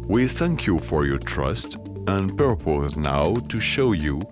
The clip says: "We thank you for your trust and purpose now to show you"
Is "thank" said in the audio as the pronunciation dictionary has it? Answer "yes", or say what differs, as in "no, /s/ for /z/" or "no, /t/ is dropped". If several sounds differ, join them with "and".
yes